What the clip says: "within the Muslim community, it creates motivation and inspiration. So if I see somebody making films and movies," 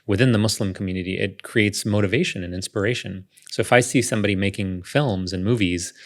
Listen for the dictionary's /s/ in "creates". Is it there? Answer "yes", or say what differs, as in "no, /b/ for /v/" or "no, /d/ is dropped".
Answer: yes